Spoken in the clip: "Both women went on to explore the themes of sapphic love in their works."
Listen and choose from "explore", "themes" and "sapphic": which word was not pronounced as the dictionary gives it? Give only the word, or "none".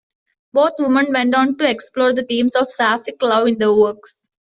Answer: themes